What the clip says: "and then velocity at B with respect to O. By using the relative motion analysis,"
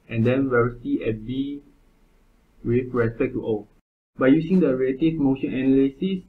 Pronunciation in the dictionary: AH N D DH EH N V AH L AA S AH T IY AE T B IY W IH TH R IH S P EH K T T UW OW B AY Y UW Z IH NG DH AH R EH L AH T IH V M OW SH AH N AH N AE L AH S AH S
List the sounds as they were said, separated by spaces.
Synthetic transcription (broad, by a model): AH N D EH N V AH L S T IY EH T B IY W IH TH R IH S P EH K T T UW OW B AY Y UW S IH NG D AH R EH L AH T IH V M OW SH AH N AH N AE L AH S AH S